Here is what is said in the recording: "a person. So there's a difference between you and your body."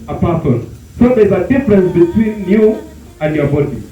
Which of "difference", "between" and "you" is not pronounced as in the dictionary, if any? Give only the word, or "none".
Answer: none